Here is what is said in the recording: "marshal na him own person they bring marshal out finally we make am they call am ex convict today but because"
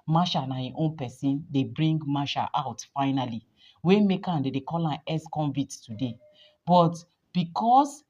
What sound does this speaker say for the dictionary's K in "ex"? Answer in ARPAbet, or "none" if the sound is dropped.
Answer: none